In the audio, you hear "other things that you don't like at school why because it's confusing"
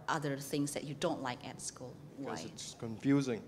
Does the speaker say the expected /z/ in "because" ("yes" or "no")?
no